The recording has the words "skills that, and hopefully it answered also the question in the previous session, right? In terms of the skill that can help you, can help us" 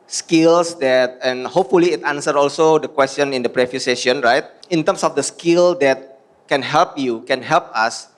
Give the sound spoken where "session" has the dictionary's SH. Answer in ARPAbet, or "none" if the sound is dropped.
none